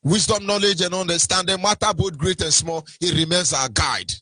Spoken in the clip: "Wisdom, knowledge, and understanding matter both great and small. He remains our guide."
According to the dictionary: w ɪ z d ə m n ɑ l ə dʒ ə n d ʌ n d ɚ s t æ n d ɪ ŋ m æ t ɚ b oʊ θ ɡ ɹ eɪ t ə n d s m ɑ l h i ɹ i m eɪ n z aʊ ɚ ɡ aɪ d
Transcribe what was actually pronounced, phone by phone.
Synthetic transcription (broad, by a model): w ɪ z d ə m n ɑ l ə dʒ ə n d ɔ n d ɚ s t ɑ n d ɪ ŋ m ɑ t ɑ b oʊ t ɡ ɹ eɪ t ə n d s m ɑ l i ɹ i m eɪ n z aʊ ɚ ɡ aɪ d